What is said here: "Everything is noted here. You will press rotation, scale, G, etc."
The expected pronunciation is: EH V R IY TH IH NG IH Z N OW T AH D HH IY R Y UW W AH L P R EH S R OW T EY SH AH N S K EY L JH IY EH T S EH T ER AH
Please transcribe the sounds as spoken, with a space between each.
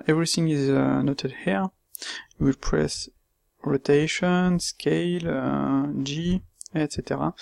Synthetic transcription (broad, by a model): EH V R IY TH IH NG IH Z N OW T AH D HH IY R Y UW W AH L P R EH S R OW T EY SH AH N S K EY L JH IY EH T S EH T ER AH